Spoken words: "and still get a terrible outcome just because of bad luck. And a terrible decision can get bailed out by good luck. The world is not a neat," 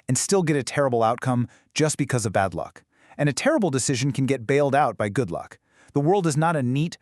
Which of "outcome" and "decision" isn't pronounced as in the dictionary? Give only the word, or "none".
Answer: none